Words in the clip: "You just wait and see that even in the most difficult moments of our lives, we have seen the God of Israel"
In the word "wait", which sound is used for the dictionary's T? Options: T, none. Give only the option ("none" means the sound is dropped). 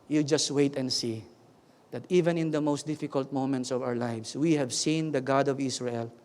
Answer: T